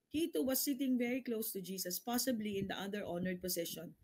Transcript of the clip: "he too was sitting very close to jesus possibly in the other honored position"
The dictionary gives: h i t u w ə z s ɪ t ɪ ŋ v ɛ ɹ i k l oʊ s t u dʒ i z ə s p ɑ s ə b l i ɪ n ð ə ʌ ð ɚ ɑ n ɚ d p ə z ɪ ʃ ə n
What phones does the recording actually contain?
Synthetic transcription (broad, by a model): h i t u w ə s ɪ t ɪ ŋ v ɛ ɹ i k l oʊ s t u dʒ i s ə s p ɑ s ə b l i ɪ n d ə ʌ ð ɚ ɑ n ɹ d p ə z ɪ ʃ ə n